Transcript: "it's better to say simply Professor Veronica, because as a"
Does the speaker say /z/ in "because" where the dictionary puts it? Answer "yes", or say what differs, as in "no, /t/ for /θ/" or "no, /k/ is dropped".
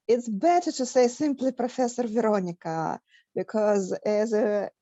yes